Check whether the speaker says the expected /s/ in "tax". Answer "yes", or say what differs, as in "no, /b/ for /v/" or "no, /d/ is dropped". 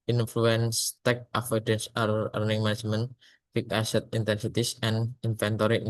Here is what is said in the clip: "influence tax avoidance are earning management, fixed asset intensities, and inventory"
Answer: no, /s/ is dropped